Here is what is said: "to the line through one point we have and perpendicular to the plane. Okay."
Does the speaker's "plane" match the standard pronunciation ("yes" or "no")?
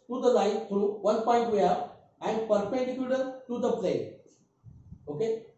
no